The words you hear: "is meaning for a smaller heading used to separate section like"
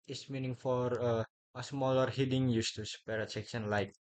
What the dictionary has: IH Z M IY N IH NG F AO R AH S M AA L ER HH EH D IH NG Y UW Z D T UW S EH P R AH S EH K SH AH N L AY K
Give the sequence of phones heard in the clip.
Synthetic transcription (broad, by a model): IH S M IY N IH NG F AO R AH S M AA L ER HH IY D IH NG Y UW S T UW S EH R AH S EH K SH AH N L AY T